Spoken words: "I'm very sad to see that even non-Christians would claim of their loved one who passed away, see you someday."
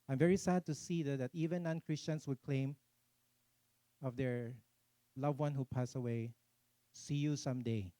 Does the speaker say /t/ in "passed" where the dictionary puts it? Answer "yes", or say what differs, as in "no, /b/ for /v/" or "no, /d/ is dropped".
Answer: no, /t/ is dropped